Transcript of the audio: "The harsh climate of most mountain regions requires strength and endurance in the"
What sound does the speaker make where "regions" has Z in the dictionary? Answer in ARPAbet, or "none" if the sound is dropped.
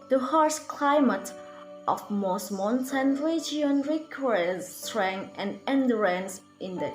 none